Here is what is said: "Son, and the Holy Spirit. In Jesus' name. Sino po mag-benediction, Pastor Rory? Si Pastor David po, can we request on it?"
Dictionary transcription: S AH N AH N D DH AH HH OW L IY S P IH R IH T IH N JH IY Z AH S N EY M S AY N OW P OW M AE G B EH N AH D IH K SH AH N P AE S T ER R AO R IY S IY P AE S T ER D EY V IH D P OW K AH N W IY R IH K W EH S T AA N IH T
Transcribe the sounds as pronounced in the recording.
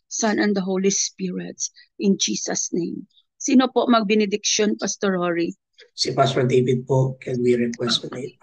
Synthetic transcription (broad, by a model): S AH N AH N D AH HH OW L IY S P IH R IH T IH N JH IY S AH S N EY M S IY N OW P OW M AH G B EH N AH D IH K SH AH N P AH S T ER R AO R IY S IY P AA S T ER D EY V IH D P OW K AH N W IY R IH K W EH S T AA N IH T